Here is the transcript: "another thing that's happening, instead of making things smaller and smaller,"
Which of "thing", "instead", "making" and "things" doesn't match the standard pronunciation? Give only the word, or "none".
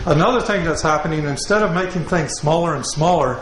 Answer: none